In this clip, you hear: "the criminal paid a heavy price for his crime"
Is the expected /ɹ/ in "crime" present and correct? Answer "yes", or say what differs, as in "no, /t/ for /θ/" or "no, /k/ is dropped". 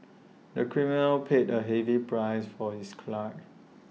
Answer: no, /l/ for /ɹ/